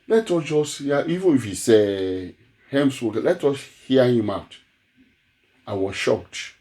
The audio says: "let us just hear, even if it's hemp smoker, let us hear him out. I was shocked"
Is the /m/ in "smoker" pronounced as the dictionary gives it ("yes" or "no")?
no